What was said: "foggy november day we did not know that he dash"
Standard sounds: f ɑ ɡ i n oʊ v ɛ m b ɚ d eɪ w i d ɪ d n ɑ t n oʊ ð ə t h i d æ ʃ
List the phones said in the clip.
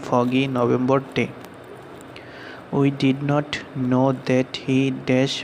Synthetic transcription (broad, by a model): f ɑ ɡ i n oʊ b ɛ m b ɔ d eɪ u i d ɪ d n ɑ t n oʊ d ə t h i d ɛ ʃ